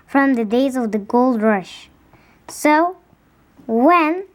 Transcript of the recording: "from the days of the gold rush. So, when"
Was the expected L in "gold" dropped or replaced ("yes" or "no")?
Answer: no